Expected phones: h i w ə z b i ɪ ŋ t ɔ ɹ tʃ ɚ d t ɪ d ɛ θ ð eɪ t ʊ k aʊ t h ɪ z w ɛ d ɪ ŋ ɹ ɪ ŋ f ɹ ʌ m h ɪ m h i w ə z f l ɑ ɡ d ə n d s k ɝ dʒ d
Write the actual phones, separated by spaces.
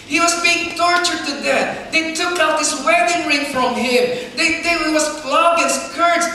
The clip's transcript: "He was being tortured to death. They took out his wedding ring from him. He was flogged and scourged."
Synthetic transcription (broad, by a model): h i w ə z b i ɪ ŋ t ɔ ɹ tʃ ɚ d t ɪ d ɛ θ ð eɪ t ʊ k aʊ t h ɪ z w ɛ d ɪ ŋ ɹ ɪ ŋ f ɹ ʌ m h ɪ m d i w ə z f l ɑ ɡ ə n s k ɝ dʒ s